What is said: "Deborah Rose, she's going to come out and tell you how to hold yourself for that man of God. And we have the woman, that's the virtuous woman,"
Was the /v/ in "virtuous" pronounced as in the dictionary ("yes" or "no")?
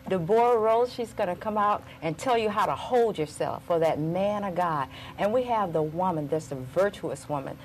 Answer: yes